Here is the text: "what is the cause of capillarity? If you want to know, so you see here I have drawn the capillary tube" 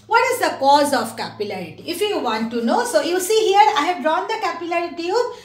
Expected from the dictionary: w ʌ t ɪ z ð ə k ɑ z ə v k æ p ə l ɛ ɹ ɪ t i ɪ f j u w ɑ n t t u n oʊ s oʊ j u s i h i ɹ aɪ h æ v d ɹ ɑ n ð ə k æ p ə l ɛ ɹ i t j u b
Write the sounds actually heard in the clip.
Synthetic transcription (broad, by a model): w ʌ t ɪ z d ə k ɑ z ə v k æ p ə l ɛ ɹ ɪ t i ɪ f j u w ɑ n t t u n oʊ s oʊ j u s i h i ɹ aɪ h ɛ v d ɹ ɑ n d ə k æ p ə l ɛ ɹ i t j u